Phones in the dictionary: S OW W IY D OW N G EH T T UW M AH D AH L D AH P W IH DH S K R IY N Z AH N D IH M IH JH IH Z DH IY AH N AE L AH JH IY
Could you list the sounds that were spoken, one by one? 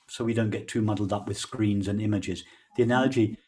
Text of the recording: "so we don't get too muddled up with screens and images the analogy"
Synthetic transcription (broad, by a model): S OW W IY D OW N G EH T T UW M AH D L D AH P W IH DH S K R IY N Z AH N IH M IH JH IH Z DH IY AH N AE L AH JH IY